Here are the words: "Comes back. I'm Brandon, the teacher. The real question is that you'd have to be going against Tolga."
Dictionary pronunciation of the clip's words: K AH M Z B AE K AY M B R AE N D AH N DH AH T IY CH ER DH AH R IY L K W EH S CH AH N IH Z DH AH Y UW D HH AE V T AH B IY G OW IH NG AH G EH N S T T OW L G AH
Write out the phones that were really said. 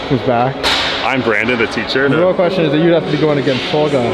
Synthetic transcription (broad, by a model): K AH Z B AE K AY M B R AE N D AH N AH T IY CH ER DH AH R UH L K W EH S CH AH N IH Z DH AH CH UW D HH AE F T AH B IY G OW IH NG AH G EH N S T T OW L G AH